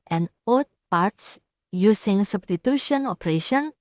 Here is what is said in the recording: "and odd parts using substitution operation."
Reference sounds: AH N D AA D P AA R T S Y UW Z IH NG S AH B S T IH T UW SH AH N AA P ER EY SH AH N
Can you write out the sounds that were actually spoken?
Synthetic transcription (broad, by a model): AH N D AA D P AA R T S Y UW S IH NG S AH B S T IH T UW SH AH N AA P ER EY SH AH N